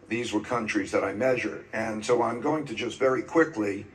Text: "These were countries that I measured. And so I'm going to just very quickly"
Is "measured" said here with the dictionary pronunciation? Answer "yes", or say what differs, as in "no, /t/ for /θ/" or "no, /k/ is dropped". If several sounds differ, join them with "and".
yes